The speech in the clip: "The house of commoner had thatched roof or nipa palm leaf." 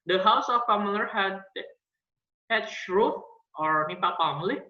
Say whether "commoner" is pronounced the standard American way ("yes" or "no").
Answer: no